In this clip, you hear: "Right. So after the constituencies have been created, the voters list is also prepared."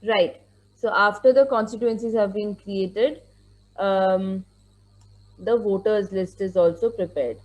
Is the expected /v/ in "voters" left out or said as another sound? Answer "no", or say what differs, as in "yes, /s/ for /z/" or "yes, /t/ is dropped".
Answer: no